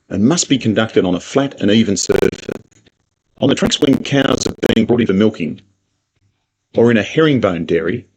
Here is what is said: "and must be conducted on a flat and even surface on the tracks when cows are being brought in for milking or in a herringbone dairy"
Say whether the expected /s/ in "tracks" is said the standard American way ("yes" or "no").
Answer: yes